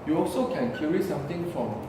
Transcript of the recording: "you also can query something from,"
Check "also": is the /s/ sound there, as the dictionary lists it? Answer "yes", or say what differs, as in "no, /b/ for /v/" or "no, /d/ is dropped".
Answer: yes